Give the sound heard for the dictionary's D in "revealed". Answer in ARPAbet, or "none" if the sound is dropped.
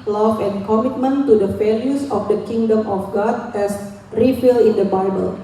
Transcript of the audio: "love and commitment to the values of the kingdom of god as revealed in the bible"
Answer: none